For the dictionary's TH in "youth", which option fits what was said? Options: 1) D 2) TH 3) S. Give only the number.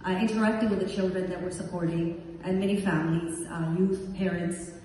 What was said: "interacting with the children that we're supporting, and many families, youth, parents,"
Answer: 2